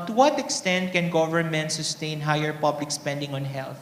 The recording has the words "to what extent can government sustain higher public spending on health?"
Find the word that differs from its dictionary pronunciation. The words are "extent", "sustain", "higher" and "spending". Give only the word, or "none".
none